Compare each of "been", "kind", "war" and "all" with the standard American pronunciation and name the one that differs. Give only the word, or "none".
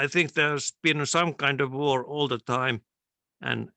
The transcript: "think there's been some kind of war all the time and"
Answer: none